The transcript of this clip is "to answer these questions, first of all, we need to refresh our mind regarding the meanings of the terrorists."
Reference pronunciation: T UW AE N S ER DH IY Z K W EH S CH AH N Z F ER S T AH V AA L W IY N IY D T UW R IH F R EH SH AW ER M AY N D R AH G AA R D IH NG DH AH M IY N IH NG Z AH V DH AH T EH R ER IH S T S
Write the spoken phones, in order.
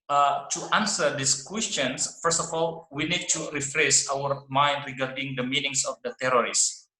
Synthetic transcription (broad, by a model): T UW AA N S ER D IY S K W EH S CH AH N S F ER S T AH F AA L W IY N IY D T UW R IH F R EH S AW ER M AY N D R AH G AA R D IH NG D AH M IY N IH NG S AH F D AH T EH R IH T S